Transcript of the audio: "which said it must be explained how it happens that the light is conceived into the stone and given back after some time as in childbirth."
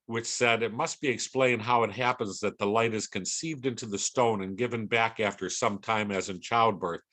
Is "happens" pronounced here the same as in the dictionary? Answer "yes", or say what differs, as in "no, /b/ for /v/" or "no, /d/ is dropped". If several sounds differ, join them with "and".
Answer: yes